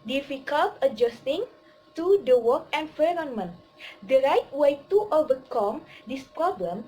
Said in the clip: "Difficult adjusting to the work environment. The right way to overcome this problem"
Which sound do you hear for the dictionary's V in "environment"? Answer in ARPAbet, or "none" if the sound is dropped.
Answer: F